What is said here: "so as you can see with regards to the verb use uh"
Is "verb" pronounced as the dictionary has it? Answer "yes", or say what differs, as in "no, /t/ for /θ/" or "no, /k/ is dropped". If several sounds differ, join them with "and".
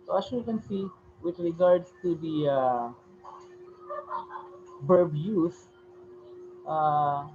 no, /b/ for /v/